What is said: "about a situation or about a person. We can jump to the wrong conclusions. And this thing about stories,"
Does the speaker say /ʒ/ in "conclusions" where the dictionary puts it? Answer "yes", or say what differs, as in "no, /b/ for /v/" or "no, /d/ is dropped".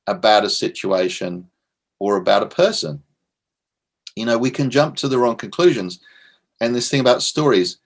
yes